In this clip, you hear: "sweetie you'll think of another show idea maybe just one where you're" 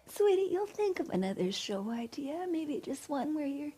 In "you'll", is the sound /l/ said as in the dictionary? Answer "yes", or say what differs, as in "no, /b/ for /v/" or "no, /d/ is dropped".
yes